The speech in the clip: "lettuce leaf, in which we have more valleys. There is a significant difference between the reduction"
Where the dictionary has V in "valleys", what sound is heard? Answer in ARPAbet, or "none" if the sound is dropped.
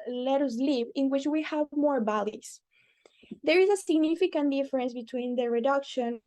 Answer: B